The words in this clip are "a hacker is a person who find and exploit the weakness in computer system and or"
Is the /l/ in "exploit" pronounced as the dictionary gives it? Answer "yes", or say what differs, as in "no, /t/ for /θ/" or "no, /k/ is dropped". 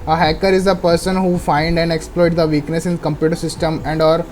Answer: yes